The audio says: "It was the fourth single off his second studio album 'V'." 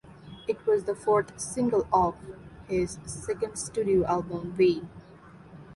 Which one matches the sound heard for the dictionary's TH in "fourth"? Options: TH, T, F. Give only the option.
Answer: T